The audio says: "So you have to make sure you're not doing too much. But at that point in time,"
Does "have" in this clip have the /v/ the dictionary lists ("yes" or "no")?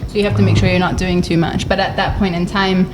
no